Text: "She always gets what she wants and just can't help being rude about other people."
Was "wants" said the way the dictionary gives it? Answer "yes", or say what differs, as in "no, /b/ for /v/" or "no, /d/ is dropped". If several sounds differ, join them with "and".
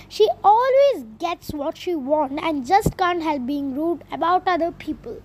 no, /s/ is dropped